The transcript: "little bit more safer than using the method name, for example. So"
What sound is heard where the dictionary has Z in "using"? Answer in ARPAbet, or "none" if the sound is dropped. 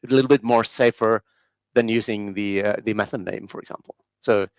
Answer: Z